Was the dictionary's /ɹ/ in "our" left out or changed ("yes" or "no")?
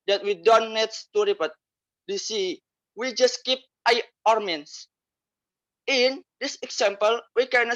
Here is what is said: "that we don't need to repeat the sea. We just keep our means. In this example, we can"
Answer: no